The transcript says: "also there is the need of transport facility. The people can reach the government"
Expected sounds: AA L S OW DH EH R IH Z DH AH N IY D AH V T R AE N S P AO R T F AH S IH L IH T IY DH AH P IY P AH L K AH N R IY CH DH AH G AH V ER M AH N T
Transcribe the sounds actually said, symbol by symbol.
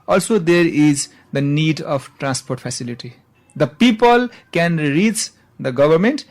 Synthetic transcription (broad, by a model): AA L S OW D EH R IH Z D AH N IY D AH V T R AE N S P AO R T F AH S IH L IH T IY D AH P IY P AH L K AH N R IY CH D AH G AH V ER M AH N T